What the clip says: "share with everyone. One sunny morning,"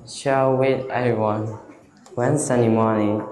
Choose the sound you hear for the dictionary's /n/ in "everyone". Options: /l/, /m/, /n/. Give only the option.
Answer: /n/